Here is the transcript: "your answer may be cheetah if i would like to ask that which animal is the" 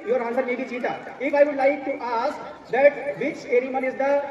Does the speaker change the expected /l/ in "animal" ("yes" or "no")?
yes